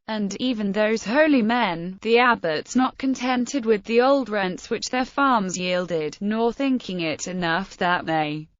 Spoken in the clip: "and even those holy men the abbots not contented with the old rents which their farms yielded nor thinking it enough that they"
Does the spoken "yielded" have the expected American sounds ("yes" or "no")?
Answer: yes